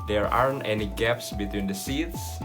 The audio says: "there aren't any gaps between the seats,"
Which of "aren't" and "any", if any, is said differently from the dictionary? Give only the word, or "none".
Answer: none